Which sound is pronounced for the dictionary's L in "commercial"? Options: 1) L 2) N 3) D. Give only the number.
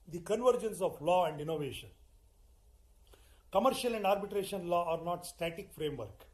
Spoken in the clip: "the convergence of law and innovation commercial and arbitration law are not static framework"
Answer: 1